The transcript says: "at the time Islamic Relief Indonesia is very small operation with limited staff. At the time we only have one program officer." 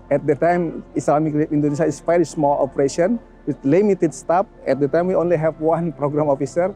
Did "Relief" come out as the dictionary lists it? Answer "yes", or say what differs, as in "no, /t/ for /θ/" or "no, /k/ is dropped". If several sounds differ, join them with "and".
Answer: no, /l/ is dropped